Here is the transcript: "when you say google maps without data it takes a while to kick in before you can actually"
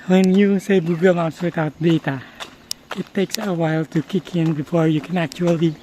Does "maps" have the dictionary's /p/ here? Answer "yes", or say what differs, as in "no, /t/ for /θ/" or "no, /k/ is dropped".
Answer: no, /p/ is dropped